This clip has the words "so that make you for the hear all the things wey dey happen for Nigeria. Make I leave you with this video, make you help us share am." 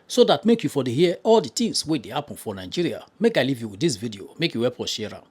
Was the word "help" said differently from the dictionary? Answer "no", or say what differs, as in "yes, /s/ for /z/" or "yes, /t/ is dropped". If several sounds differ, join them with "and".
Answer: yes, /l/ is dropped